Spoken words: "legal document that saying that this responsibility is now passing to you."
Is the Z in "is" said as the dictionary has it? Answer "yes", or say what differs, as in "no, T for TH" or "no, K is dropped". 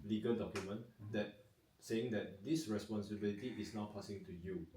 no, S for Z